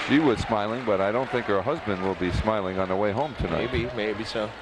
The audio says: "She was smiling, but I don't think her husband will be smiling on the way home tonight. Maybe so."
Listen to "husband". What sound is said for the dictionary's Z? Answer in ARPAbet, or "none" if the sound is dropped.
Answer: Z